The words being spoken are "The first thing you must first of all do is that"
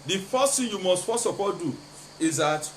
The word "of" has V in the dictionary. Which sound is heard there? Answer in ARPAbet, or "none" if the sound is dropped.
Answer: P